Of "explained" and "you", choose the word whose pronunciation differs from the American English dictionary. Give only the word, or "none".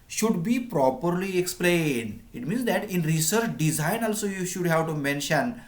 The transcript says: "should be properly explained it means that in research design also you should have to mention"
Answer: none